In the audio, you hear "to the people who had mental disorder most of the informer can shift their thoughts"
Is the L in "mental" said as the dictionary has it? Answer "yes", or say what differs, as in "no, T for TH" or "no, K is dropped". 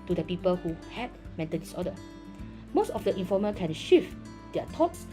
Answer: no, N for L